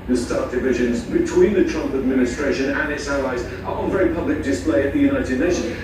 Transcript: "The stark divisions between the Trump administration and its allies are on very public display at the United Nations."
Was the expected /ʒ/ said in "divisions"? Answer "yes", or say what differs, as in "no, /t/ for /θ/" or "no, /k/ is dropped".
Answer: yes